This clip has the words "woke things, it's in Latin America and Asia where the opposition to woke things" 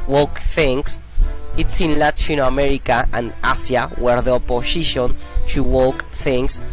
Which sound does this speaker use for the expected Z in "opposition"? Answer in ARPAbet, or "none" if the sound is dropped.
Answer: S